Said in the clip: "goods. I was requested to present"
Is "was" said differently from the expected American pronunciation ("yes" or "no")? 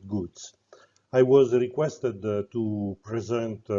no